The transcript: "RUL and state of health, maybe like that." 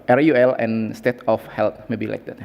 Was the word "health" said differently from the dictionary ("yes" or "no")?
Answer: yes